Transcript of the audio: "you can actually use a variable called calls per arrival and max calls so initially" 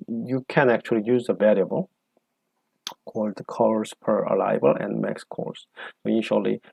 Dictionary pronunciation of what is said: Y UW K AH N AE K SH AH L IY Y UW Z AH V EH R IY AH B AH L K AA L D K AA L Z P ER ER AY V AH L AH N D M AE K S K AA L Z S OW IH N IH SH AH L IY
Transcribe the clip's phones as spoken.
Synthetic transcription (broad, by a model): Y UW K AH N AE K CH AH L IY Y UW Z AH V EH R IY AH B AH L K AA L D K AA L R P ER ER AY B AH L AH N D M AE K S K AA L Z S OW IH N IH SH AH L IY